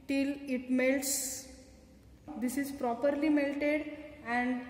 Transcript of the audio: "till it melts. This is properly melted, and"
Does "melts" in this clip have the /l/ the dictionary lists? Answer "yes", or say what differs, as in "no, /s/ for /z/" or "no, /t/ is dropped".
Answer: yes